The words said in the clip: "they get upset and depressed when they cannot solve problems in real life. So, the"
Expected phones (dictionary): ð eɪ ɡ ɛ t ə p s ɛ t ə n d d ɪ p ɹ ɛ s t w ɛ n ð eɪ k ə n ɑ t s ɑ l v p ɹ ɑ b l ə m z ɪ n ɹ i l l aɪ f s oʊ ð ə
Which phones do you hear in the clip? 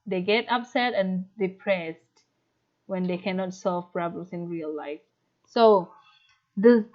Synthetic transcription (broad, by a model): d eɪ ɡ ɛ t ə p s ɛ t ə n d d ɪ p ɹ ɛ s t w ɛ n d eɪ k ə n ɑ t s ɑ l v p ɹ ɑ b l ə m s ɪ n ɹ i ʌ l aɪ f s oʊ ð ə